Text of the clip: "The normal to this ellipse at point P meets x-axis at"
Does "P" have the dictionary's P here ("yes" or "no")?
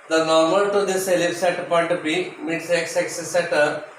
no